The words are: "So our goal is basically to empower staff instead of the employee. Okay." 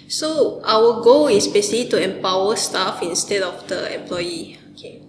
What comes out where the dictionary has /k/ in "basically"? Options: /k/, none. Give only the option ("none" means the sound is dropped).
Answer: none